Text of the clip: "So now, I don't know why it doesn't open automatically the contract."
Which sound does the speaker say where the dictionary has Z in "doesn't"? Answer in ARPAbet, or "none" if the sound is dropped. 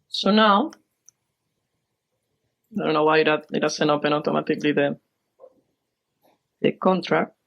S